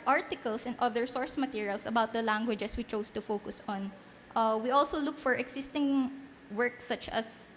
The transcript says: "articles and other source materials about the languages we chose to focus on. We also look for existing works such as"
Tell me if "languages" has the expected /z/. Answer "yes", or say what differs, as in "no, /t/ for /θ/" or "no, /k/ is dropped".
no, /s/ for /z/